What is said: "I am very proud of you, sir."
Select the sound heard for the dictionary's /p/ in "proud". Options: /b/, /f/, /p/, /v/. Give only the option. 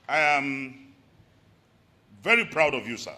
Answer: /p/